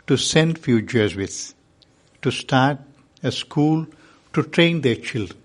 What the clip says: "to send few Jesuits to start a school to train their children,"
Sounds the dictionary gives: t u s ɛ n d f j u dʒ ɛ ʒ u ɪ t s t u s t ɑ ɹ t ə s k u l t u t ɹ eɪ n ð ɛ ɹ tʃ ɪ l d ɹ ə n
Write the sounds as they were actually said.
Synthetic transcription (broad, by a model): t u s ɛ n d f j u tʃ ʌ z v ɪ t t u s t ɑ ɹ t ə s k u l t u t ɹ eɪ n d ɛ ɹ tʃ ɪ l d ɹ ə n